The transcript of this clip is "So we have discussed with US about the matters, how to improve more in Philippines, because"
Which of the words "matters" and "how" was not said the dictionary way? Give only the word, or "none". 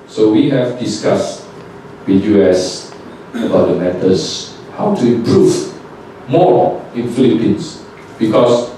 matters